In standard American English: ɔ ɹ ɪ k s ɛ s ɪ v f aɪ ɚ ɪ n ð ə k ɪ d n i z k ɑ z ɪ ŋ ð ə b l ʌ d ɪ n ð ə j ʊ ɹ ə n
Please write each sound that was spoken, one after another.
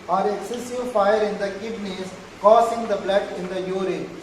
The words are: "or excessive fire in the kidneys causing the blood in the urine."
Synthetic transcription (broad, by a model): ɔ ɹ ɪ s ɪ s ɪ f aɪ ɚ ɪ n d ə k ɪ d n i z k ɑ s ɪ ŋ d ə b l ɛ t ɪ n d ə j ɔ ɹ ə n